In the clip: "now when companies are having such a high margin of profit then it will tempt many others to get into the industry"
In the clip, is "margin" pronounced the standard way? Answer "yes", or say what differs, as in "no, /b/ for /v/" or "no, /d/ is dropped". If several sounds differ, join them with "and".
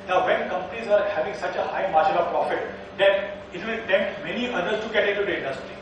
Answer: no, /ʃ/ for /dʒ/ and /l/ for /n/